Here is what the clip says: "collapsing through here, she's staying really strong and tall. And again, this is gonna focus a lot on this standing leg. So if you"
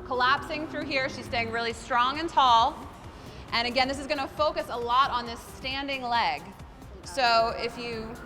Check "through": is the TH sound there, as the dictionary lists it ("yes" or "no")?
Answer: yes